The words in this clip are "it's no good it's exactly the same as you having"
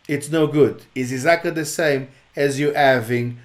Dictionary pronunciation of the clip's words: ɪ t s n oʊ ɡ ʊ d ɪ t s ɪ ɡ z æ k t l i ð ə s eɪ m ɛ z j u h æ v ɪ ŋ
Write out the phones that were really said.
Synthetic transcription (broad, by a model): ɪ t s n oʊ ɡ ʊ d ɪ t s ɪ ɡ z æ k t l i ð ə s eɪ m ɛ z j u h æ v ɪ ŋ